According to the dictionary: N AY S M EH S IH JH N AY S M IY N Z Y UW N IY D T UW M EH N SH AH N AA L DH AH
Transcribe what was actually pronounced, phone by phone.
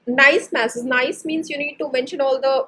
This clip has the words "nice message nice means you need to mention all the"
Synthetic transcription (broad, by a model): N AY S M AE S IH Z N AY S M IY N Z Y UW N IY D T UW M EH N SH AH N AA L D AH